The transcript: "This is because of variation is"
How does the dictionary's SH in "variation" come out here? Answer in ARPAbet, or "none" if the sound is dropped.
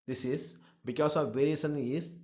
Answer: S